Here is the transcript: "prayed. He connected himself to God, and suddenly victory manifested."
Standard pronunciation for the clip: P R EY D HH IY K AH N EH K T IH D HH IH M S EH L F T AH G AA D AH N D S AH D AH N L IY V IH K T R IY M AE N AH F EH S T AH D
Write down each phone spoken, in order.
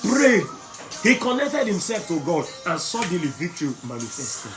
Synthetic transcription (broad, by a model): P R EY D HH IY K AH N EH K T IH D HH IH M S EH L F T AH G AA D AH N S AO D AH L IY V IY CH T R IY M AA N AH F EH S T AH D